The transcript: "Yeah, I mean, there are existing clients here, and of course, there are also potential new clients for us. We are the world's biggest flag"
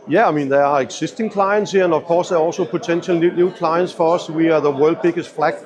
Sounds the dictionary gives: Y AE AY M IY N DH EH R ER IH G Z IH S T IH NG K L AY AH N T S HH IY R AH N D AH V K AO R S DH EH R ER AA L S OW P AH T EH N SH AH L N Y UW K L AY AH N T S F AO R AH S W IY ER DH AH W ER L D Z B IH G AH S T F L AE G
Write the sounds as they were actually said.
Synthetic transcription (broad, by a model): Y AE AY M IY N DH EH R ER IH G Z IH S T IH NG K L AY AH N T S HH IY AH N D AH V K AO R S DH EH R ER AA L S OW P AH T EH N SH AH L N Y UW K L AY AH N T S F AO R AH S W IY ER DH AH W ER L D B IH G AH S T F L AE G